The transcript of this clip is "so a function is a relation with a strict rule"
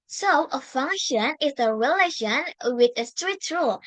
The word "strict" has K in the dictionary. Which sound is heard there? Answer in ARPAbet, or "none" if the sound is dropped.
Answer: none